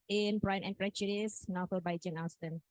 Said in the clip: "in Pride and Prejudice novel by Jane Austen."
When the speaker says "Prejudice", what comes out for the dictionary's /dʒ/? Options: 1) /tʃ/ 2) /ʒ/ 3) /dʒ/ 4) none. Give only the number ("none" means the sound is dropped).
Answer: 1